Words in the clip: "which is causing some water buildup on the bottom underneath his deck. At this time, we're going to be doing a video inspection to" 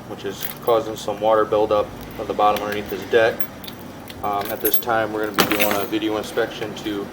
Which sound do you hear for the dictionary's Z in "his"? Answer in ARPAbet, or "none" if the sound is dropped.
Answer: S